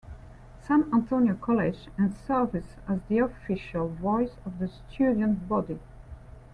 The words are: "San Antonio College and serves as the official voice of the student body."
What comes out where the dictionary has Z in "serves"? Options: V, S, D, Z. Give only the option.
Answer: S